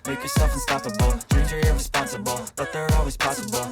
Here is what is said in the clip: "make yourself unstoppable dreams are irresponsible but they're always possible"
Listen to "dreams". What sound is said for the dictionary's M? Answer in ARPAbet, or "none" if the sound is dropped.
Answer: none